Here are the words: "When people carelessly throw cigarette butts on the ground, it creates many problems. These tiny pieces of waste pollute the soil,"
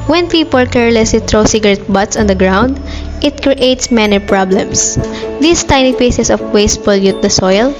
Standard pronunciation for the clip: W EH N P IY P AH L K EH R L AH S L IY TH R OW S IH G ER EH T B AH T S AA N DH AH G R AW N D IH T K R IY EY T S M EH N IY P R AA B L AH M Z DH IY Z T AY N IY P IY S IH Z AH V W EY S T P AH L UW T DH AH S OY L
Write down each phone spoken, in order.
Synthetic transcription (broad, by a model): W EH N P IY P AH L K EH R L AH S L IY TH R OW S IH G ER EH T B AH T S AA N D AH G R AW N D IH T K R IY EY T S M EH N IY P R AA B L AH M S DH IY S T AY N IY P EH S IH S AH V W EY S T F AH L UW T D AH S OY L